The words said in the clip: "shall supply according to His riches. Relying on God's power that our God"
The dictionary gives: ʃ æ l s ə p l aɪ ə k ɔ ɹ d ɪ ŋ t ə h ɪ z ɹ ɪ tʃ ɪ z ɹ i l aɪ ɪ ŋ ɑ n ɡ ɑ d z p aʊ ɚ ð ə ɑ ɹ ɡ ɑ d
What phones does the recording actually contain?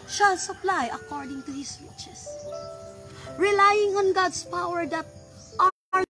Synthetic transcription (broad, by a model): ʃ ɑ l s ə p l aɪ ə k ɔ ɹ d ɪ ŋ t ə h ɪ s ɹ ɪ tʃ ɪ s ɹ i l aɪ ɪ ŋ ɑ n ɡ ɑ d s p aʊ ɚ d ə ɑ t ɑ